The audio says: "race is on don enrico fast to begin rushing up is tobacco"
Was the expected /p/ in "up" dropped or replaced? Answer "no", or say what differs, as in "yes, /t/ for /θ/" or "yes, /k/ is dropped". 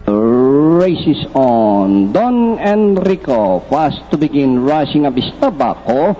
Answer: yes, /b/ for /p/